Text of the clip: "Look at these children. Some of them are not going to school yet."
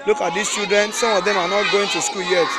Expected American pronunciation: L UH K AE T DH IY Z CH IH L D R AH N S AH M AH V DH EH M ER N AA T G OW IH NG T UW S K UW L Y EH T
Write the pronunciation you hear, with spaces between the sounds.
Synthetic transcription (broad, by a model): L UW K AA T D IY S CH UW D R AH N S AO M AH V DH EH M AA N AA T G OW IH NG T UW S K UW L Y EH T